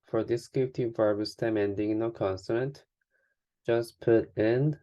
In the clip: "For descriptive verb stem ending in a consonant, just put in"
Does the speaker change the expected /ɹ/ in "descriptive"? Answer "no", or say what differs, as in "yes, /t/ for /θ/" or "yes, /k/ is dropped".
yes, /ɹ/ is dropped